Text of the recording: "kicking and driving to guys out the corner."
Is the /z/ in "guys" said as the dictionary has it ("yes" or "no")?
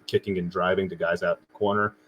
yes